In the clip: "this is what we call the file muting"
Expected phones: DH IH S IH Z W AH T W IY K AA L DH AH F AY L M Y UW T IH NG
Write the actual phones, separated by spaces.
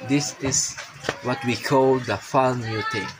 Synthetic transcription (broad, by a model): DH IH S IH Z W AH T W IY K AA L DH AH F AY N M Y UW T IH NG